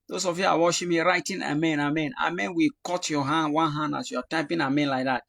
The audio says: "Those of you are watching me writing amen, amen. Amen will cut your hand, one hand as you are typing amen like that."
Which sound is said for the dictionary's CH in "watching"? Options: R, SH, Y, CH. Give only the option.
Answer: SH